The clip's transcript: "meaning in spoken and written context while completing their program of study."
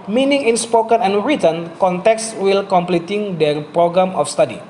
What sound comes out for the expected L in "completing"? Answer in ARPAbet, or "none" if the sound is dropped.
L